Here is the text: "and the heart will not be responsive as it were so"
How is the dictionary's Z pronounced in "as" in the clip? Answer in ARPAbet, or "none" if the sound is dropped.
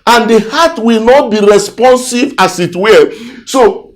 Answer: S